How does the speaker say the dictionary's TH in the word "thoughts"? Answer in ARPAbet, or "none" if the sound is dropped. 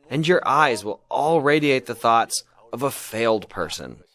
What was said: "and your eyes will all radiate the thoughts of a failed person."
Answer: TH